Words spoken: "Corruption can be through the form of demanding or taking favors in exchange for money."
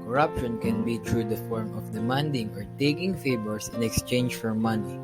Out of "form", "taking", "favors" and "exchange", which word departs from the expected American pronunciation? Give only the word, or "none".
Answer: favors